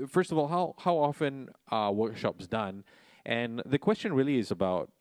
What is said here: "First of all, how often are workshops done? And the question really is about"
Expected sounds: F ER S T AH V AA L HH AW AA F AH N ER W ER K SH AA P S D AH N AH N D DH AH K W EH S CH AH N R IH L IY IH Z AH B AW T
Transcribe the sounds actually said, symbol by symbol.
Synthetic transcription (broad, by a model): F ER S T AH V AA L HH AW AA F AH N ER W ER K SH AA P S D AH N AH N DH AH K W EH S CH AH N R IH L IY IH Z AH B AW T